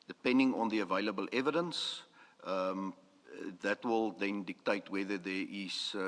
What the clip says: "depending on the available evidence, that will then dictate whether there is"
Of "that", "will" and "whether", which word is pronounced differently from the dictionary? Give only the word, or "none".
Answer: none